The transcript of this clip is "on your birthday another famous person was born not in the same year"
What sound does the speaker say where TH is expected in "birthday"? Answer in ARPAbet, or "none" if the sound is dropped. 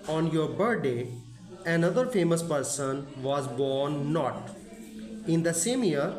T